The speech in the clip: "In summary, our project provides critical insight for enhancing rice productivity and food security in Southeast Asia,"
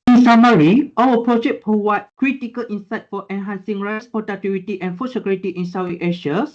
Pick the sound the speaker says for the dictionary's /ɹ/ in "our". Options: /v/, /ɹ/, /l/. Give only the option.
/l/